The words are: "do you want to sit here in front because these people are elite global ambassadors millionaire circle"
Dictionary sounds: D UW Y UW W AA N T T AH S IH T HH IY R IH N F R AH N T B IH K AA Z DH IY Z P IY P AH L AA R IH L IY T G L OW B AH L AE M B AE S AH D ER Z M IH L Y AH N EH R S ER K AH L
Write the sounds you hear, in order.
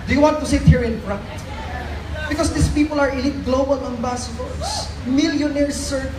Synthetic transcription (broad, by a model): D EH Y W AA N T T AH S IH T HH IY R IH N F R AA T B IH K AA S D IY S P IY P AH L AA R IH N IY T G L OW B AH L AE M B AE S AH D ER S M IH L Y AH N EH R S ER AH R